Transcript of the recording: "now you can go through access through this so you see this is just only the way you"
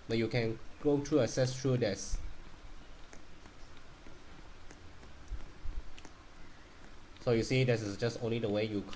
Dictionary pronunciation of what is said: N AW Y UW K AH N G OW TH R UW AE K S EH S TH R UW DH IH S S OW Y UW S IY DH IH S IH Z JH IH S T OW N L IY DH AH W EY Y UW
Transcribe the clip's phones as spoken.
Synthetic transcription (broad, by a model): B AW Y UW K AH N G OW T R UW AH S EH S T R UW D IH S S OW Y UW S IY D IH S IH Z JH IH S T OW N L IY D AH W EY Y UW